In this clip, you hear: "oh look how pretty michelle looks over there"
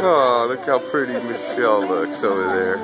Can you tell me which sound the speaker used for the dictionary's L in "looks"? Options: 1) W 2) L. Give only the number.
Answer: 2